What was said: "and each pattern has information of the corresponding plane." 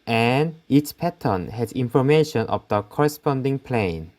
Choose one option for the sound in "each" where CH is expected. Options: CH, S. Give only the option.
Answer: S